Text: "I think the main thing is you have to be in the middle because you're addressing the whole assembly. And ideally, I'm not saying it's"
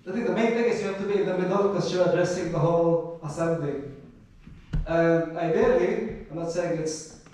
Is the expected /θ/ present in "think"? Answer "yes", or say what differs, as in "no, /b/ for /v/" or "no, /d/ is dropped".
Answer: no, /t/ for /θ/